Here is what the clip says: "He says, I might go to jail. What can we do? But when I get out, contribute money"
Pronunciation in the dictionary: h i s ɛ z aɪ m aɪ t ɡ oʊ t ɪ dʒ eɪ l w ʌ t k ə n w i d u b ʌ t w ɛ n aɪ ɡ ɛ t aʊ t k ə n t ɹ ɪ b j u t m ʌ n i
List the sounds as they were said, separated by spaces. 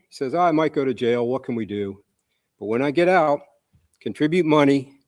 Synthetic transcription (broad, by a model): s ɛ z aɪ m aɪ t ɡ oʊ t ɪ dʒ eɪ l w ʌ t k ə n w i d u b ʌ t w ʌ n aɪ ɡ ɛ t aʊ t k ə n t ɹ ɪ b j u t m ʌ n i